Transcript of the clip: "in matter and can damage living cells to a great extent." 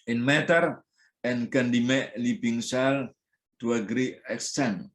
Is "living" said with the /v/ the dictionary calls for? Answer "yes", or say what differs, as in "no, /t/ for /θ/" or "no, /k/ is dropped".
no, /b/ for /v/